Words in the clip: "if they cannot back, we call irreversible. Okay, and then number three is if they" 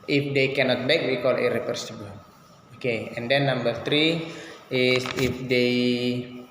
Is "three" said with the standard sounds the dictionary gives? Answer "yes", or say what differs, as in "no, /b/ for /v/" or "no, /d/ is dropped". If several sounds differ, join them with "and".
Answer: no, /t/ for /θ/